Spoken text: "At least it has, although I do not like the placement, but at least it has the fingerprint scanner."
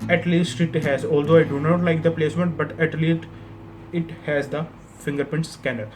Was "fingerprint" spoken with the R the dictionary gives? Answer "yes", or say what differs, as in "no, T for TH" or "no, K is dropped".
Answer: no, R is dropped